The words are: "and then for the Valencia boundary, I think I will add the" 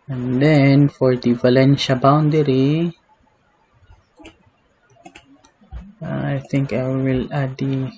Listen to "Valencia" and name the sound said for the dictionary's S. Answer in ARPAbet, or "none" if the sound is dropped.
SH